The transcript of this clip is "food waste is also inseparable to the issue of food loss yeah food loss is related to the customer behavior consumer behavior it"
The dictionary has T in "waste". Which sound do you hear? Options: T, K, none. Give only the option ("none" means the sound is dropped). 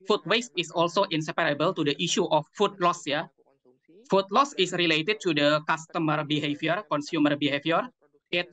T